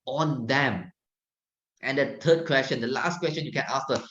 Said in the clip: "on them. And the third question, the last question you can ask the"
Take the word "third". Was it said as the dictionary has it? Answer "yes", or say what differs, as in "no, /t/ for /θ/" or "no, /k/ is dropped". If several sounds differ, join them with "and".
no, /t/ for /θ/